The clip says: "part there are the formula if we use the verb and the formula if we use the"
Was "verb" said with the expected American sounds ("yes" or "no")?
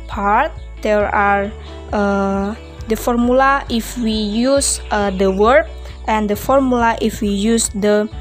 no